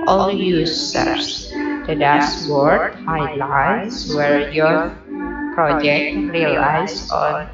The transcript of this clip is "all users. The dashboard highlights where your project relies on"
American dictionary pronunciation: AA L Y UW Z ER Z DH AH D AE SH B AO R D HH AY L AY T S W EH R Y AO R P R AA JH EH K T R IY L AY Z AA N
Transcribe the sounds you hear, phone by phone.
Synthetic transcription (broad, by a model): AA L Y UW S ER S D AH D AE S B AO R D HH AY L AY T S W EH R Y AO R P R AA JH EH K T R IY L AY S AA N